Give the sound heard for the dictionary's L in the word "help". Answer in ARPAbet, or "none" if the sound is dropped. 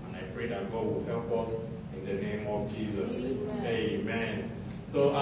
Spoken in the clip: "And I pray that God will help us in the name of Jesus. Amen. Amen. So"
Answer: L